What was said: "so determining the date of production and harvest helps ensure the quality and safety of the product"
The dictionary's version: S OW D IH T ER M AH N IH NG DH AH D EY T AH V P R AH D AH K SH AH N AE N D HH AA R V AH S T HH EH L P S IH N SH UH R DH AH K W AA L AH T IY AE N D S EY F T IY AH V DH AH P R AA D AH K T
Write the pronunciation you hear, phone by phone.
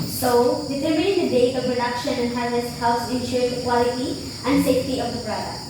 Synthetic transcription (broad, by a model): S OW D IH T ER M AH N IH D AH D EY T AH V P R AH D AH K SH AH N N HH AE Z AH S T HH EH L S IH N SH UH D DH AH K W AA L AH T IY AE N D S EY F T IY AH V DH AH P R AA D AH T